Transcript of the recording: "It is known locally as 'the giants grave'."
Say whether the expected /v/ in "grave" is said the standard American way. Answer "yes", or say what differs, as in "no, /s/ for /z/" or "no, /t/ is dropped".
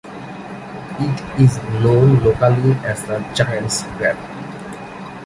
no, /p/ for /v/